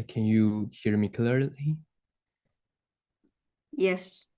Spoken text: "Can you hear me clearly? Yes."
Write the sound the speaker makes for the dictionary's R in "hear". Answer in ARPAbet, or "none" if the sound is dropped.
R